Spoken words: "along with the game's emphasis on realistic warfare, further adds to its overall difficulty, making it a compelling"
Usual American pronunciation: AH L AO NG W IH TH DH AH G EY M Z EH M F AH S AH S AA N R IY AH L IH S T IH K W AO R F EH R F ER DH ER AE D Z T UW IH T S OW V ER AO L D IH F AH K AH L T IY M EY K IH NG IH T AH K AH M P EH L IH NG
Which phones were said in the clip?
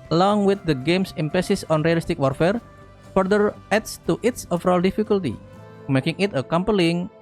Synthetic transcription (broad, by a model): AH L AO NG W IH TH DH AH G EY M S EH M P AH S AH S AA N R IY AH L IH S T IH K W AO R F EH R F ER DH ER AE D S T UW IH T S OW F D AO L D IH F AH K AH L T IY M EY K IH NG IH T AH K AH M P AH L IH NG